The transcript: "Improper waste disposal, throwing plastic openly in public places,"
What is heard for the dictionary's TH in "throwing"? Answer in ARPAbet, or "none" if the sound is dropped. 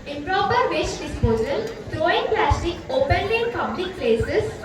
T